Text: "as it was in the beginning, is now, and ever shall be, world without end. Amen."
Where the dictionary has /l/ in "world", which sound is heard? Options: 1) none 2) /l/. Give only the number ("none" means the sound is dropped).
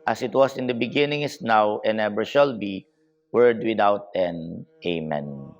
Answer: 1